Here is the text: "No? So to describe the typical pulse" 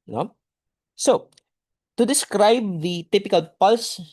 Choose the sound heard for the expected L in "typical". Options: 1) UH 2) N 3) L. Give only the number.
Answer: 3